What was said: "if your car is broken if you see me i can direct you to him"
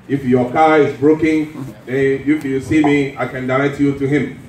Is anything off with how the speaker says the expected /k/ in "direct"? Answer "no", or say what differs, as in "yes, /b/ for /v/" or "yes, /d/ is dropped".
yes, /k/ is dropped